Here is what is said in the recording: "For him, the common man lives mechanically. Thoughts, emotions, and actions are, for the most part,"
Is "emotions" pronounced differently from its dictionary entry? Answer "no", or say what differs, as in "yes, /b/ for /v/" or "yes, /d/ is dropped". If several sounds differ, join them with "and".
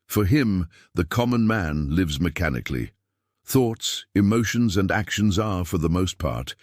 no